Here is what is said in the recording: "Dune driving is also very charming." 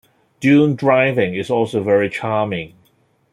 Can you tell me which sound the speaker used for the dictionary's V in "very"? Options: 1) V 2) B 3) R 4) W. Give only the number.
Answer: 1